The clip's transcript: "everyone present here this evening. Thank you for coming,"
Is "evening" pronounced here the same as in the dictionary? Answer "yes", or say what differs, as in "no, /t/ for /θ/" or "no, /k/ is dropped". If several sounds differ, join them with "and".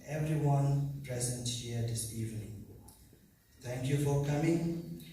yes